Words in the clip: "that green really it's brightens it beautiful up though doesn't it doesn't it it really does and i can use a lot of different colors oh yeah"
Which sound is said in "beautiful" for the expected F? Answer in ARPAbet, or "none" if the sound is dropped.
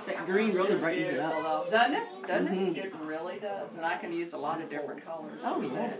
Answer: none